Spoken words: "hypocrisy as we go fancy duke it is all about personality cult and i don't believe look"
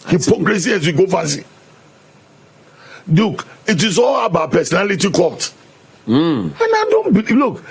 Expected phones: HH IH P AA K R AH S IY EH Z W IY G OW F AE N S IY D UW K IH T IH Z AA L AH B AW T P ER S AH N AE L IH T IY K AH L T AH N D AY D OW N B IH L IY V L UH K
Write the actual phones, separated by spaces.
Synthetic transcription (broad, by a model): HH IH P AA K R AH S IY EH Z W IY G OW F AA S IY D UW K IH T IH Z AA L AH B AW P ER S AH N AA L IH T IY K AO T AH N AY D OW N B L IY L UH K